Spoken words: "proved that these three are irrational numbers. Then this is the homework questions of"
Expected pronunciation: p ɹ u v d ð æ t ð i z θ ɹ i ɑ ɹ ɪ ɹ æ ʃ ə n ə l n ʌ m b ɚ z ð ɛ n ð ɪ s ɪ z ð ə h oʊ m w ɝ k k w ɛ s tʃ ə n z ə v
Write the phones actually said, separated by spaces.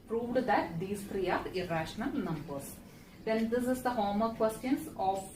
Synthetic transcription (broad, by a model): p ɹ u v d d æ t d i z t ɹ i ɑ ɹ ɪ ɹ æ ʃ ə n ə l n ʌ m b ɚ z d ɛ n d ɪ s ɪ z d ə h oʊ m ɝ k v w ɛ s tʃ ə n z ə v